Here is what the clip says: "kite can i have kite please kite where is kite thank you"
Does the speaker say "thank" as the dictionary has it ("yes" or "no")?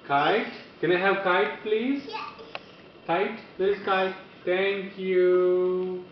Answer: no